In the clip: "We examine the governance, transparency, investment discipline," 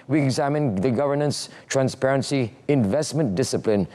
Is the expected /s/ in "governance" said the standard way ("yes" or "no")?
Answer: yes